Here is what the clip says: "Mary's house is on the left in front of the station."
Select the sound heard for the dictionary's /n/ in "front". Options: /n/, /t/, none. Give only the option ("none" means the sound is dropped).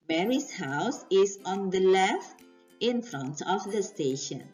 /n/